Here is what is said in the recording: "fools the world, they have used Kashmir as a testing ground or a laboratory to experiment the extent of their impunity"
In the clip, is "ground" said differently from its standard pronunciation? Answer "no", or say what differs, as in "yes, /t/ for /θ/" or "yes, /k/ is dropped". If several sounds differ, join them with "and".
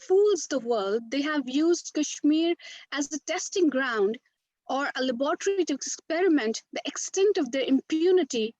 no